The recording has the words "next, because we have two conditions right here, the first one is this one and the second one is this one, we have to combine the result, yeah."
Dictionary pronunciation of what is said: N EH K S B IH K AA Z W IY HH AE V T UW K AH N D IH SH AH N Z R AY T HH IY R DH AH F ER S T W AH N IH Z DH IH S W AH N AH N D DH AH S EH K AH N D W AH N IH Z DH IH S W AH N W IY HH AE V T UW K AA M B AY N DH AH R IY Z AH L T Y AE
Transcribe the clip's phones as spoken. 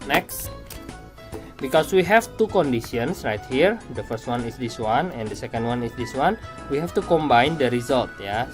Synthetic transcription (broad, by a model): N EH K S B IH K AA S W IY HH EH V T UW K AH N D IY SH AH N S R AY T HH IY R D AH F ER S T W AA N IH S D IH S W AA N AH N D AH S EH K AH N D W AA N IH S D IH S W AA N W IY HH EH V T UW K AA M B AY N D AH R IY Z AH L T Y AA